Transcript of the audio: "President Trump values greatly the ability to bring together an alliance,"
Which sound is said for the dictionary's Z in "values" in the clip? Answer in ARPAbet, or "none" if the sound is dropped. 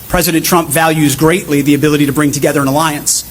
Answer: Z